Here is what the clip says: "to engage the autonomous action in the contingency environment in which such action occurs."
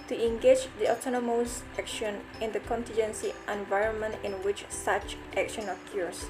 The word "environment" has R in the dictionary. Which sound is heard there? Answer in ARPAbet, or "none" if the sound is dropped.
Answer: R